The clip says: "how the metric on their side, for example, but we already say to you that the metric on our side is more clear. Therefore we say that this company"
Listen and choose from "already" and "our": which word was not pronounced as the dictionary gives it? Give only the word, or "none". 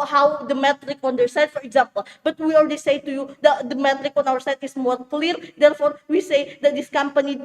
already